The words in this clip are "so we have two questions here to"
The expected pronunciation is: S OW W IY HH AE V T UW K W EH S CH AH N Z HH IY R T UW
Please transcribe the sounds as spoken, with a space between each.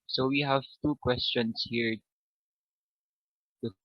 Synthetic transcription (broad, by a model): S OW W IY HH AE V T UW K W EH S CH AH N S HH IY R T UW